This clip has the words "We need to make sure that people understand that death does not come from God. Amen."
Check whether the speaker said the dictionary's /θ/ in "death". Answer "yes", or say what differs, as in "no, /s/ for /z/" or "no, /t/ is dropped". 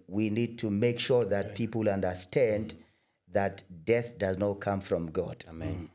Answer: yes